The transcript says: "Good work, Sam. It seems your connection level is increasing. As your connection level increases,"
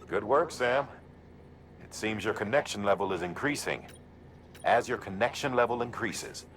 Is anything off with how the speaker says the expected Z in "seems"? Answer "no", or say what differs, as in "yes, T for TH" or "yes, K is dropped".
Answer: no